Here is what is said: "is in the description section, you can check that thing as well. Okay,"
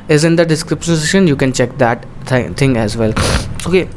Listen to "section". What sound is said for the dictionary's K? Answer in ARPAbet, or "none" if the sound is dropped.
none